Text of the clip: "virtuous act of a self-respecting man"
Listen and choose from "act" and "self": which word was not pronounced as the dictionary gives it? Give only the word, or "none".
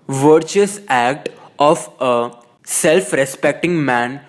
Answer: none